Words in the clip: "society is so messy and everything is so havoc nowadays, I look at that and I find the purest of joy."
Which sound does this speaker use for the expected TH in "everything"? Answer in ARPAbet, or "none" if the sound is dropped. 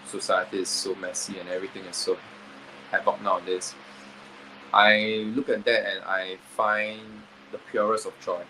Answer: T